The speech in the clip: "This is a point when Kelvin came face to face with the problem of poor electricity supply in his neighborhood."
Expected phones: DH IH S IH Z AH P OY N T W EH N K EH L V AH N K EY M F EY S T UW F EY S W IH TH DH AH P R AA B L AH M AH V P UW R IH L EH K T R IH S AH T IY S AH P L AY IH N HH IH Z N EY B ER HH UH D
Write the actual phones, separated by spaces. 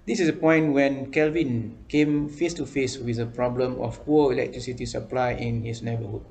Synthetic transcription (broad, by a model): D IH S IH S AH P OY N T W EH N K EH L V AH N K EY M F EY S T UW F EY S W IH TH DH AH P R AA B L AH M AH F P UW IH L EH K T R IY S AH T IY S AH P L AY IH N HH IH S N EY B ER HH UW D